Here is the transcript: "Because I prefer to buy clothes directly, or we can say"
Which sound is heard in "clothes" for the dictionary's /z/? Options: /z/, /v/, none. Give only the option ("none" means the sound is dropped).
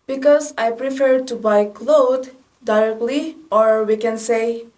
none